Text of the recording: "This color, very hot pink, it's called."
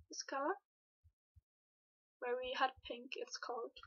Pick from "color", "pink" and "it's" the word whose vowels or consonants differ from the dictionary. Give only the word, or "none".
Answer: color